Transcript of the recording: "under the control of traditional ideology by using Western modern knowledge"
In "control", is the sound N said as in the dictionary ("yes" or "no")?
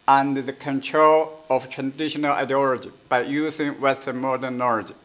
yes